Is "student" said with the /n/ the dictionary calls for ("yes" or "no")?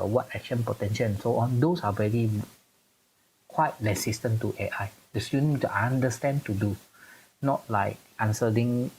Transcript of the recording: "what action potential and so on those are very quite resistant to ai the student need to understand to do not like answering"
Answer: no